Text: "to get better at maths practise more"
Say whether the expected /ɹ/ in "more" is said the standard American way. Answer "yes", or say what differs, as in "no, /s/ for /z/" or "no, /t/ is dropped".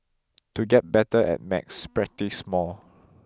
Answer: no, /l/ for /ɹ/